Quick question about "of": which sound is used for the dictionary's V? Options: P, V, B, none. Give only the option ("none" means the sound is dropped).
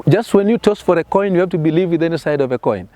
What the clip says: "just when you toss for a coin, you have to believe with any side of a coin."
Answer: V